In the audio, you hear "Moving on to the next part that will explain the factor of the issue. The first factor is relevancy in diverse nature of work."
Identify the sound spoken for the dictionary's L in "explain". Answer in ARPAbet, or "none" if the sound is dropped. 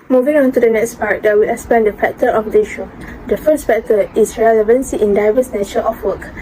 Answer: none